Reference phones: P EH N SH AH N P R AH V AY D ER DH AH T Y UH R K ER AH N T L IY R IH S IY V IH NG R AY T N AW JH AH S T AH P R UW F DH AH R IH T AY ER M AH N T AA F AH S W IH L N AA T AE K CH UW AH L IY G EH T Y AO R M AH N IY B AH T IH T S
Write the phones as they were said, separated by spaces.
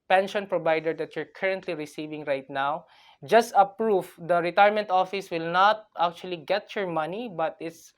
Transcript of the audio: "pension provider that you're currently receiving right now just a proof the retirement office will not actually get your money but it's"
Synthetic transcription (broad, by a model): P EH N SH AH N P R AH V AY D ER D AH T Y UH R K ER AH N T L IY R IH S IY V IH NG R AY T N AW JH AH S T AH P R UW F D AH R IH T AY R M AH N T AA F AH S W IH L N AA T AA K CH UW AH L IY G EH T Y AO R M AH N IY B AH T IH T S